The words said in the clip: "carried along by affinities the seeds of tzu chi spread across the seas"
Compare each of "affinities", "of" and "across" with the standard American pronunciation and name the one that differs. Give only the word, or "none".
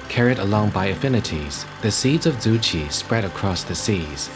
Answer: none